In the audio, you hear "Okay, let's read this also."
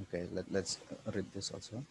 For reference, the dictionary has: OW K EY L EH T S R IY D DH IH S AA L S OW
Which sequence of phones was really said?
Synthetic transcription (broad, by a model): OW K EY L EH T S R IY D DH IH S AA L S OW